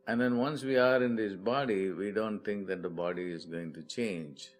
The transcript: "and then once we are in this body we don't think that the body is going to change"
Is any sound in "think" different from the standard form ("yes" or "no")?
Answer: yes